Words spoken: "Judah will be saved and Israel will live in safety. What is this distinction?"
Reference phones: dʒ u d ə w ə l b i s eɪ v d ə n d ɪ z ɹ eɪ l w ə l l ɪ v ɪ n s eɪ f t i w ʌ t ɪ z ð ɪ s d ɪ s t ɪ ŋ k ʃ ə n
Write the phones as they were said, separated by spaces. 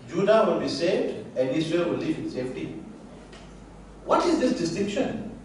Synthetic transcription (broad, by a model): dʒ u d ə w ə l b i s eɪ v d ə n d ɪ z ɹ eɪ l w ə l l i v ɪ n s eɪ f t i w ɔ t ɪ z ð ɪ s d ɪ s t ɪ ŋ k ʃ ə n